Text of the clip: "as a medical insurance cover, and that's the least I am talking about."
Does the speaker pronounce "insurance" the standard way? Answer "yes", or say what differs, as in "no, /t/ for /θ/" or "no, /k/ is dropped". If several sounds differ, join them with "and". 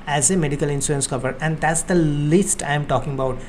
no, /s/ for /ʃ/